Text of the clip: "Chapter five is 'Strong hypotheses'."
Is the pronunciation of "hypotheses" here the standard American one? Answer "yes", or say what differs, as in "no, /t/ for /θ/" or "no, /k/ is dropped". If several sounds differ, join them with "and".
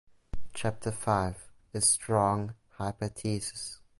no, /t/ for /θ/